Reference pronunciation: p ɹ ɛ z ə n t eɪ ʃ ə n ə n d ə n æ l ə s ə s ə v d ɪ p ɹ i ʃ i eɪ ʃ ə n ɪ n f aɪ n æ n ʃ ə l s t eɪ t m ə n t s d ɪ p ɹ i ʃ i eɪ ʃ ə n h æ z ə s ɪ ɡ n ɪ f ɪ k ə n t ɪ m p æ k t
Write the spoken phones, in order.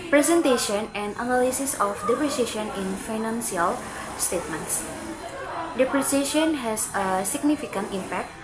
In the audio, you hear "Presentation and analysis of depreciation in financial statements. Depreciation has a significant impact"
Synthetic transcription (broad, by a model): p ɹ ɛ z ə n t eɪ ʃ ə n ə n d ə n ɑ l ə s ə s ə f d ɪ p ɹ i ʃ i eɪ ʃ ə n ɪ n f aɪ n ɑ n s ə l s t eɪ t m ə n t s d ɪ p ɹ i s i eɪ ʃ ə n h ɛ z ə s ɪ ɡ n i f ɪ k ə n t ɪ m p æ k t